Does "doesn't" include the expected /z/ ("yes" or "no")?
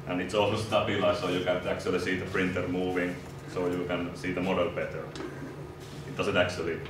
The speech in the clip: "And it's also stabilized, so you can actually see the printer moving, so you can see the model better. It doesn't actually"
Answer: no